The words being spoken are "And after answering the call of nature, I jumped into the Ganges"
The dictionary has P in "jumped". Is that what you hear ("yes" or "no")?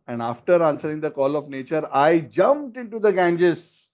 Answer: yes